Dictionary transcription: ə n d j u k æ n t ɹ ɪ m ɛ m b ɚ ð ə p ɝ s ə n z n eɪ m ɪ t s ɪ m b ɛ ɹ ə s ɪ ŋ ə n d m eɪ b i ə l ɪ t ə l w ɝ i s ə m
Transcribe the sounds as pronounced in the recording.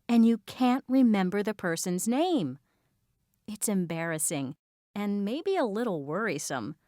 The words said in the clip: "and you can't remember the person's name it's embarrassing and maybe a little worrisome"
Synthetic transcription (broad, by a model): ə n j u k æ n t ɹ ɪ m ɛ m b ɚ ð ə p ɝ s ə n z n eɪ m ɪ t s ɪ m b ɛ ɹ ə s ɪ ŋ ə n m eɪ b i ə l ɪ t l w ɝ i s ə m